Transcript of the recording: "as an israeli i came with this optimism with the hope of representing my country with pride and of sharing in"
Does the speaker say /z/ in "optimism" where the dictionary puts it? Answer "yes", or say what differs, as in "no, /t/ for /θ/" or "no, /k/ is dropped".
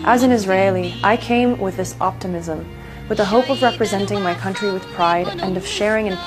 yes